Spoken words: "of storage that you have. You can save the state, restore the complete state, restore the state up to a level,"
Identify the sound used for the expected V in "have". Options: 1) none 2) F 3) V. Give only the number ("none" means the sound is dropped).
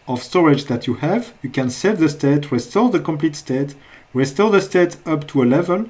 3